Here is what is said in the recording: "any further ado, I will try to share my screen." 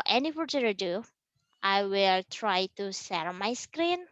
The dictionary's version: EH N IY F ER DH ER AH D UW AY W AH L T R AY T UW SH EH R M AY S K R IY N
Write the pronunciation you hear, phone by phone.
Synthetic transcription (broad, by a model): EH N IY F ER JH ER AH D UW AY W AH L T R AY T UW S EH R M AY S K R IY N